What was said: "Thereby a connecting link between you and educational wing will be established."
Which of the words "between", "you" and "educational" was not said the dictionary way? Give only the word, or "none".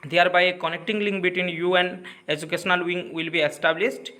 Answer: none